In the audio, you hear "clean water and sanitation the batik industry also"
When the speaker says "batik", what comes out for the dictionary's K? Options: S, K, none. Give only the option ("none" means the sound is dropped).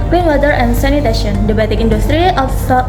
K